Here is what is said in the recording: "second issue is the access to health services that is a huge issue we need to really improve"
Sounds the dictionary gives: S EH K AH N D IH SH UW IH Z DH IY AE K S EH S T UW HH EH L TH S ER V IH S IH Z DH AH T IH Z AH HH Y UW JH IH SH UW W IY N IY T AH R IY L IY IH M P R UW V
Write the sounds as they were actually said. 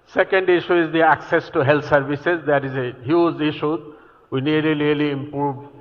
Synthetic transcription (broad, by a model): S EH K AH N D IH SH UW IH Z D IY AE K S EH S T UW HH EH L T S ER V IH S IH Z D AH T IH Z AH HH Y UW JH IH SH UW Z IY N IY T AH L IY L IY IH M P R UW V